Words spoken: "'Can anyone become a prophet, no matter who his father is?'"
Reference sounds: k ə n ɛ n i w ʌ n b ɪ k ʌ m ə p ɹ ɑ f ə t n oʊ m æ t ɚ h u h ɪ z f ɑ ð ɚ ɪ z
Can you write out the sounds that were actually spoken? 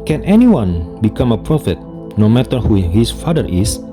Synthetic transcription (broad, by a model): k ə n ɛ n i w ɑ n b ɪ k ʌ m ə p ɹ ɑ f ə t n oʊ m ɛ t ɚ h u h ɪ s f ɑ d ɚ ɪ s